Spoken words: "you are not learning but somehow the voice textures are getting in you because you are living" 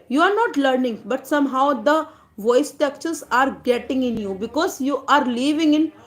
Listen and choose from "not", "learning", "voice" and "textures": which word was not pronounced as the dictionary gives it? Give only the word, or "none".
textures